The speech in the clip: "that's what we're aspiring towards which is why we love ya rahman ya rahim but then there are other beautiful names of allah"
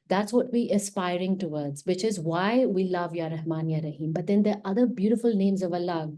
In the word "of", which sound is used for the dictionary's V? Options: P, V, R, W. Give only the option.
V